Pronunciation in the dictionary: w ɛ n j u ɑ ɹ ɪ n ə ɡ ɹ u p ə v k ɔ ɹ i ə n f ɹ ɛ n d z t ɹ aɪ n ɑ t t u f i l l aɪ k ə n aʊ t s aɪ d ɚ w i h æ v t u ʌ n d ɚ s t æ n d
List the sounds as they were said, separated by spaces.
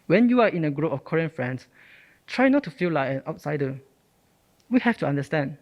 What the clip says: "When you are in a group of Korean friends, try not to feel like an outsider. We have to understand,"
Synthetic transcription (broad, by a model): w ɛ n j u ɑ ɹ ɪ n ə ɡ ɹ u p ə f k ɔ ɹ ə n f ɹ ɛ n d s t ɹ aɪ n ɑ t t u f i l l aɪ k ə n aʊ t s aɪ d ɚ w i h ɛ f t u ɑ n d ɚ s t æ n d